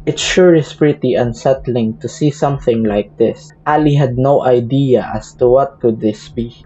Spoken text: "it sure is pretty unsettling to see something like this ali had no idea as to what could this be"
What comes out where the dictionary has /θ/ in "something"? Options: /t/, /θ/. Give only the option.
/θ/